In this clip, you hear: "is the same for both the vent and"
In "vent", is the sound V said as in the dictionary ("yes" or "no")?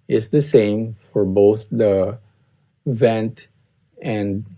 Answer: yes